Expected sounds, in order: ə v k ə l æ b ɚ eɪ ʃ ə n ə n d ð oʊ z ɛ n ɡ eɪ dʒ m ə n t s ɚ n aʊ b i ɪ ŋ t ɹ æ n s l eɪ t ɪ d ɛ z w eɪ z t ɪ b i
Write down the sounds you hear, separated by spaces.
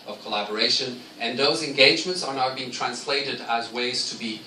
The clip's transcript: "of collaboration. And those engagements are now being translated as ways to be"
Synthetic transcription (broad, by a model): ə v k ə l æ b ɚ eɪ ʃ ə n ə n ð oʊ z ɛ n ɡ eɪ dʒ m ə n t s ɚ n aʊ b i ɪ ŋ t ɹ æ n s l eɪ t ɪ d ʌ z w eɪ z t ɪ b i